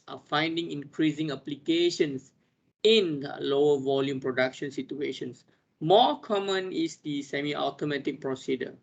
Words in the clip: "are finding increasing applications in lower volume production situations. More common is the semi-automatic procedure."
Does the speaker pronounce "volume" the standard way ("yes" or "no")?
yes